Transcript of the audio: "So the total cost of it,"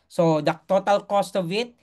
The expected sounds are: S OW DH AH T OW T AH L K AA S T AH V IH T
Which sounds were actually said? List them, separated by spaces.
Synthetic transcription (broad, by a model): S OW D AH T OW T AH L K AA S T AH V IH T